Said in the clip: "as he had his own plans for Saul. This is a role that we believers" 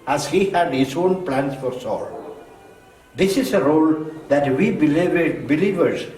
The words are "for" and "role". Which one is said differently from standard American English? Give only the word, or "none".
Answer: none